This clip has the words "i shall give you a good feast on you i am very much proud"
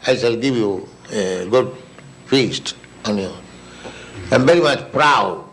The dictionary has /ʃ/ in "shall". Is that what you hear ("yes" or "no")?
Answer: no